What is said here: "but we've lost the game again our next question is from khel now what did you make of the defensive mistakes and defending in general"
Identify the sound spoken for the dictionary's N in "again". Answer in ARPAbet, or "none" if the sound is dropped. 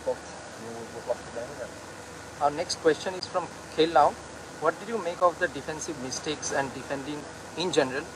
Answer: none